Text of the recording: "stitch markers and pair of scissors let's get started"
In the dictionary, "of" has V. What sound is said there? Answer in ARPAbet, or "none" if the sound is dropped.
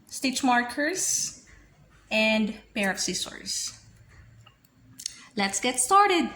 P